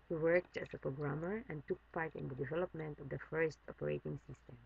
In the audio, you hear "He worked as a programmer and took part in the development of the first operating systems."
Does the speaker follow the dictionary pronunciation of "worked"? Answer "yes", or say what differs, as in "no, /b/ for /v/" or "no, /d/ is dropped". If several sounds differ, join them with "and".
yes